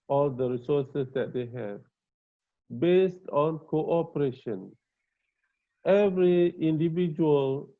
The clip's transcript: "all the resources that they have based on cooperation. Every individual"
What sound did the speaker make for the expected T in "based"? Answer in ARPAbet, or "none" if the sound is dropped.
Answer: T